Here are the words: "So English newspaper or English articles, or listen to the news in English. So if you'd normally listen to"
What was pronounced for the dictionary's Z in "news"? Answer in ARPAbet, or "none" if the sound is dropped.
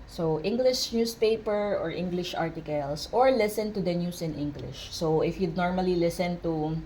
S